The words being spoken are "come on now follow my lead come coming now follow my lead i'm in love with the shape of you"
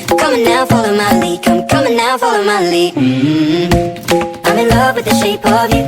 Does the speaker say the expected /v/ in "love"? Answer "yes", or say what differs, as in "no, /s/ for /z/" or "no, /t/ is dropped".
yes